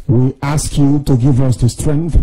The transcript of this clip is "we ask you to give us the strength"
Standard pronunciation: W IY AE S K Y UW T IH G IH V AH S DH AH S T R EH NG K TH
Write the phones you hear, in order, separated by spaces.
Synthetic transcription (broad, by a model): W IY AE S K Y UW T IH G IH V AH S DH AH S T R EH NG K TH